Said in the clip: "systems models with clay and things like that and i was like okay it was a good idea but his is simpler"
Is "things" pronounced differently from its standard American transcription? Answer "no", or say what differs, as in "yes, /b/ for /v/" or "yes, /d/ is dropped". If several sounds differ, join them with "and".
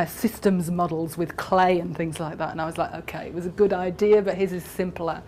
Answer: no